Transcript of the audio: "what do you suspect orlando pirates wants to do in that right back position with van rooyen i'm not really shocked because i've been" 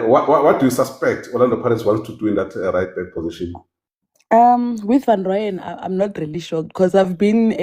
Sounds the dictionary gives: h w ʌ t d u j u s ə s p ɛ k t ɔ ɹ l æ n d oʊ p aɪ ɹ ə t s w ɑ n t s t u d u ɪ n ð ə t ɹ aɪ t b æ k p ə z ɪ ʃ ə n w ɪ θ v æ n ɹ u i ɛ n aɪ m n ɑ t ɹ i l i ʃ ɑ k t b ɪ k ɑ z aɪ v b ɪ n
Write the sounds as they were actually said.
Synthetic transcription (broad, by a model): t w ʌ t d u j u s ə s p ɛ k t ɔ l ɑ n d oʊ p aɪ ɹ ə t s w ɑ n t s t u d u ɪ n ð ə t ɹ aɪ t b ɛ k p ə z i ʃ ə n w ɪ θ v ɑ n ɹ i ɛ n aɪ m n ɑ t ɹ i l i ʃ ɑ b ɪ k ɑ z aɪ v b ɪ n